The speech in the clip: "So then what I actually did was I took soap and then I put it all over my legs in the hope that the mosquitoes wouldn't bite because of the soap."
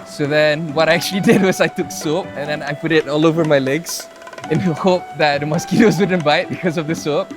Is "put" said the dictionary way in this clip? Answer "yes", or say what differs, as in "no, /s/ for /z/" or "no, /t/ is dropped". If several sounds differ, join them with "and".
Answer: yes